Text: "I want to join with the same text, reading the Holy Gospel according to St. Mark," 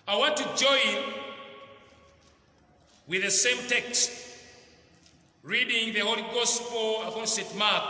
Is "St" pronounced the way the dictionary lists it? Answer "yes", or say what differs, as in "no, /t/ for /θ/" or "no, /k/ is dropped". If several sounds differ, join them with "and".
no, /n/ is dropped